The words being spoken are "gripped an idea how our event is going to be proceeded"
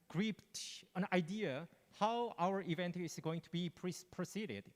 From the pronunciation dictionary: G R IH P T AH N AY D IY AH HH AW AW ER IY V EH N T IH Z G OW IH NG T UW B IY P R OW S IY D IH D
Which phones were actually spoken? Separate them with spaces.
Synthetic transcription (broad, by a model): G R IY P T AH N AY D IY AH HH AW AW ER IY V EH N T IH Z G OW IH NG T UW B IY P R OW S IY D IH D